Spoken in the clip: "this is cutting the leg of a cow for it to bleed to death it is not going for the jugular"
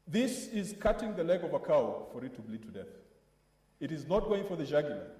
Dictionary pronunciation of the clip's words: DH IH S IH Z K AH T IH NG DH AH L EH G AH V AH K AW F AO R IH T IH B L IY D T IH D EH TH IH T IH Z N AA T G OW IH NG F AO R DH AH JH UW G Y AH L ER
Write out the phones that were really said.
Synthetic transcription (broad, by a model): DH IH S IH Z K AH T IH NG DH AH L EH G AH V AH K AW F AO R IH T IH B L IY D T IH D EH TH IH T IH Z N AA T G OW IH NG F AO R DH AH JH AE G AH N